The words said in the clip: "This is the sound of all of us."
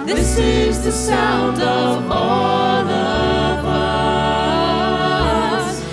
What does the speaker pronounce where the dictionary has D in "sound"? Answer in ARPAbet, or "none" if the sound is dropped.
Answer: D